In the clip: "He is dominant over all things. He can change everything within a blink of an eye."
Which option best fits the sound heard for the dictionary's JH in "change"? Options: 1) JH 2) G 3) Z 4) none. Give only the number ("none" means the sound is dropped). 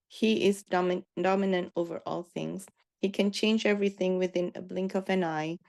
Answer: 1